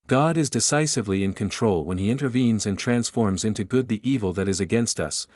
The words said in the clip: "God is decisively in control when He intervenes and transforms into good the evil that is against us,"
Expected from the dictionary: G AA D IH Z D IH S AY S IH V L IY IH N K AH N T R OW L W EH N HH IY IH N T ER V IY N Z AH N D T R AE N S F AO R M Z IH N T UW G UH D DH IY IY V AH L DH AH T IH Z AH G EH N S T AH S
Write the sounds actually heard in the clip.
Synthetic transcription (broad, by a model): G AA D IH Z D IH S AY S IH V L IY IH N K AH N T R OW L W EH N IY IH N T ER V IY N Z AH N T R AE N S F AO R M Z IH N T UW G UH D DH IY IY V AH L DH AH T IH Z AH G EH N S T AH S